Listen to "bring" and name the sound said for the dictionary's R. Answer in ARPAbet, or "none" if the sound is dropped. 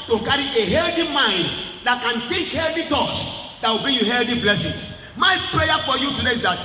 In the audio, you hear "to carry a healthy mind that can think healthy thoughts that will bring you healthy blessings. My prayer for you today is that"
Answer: none